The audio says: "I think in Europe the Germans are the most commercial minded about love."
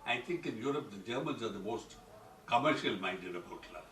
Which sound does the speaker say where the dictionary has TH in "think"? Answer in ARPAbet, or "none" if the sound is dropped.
T